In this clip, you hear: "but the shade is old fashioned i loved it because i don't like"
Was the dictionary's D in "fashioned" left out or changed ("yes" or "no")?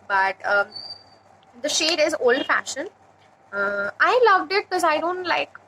yes